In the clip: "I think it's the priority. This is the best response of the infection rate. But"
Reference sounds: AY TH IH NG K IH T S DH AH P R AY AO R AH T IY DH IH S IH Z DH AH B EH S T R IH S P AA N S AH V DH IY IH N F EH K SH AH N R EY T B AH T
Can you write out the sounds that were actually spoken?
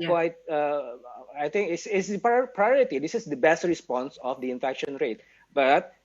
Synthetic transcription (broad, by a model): AY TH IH NG K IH S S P P R AY AO R AH T IY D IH S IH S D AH B EH S T R IH S P AA N S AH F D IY IH N F EH K SH AH N R EY T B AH T